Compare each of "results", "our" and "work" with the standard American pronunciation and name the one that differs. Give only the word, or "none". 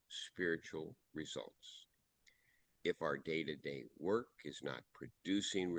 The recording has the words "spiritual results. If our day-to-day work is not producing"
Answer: none